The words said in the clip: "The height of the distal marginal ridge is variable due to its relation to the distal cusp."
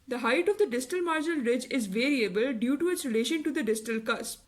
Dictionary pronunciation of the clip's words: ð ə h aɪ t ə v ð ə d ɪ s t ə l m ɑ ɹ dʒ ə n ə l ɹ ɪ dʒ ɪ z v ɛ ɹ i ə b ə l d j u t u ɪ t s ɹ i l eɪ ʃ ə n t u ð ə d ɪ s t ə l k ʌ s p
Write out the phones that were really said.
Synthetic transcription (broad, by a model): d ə h aɪ t ə v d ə d ɪ s t ə l m ɑ ɹ dʒ ə n ə l ɹ ɪ dʒ ɪ z v ɛ ɹ i ə b ə l d j u t u ɪ t s ɹ i l eɪ ʃ ə n t u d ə d ɪ s t ə l k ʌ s